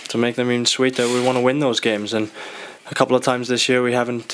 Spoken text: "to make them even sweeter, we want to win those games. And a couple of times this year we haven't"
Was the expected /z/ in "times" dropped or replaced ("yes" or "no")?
no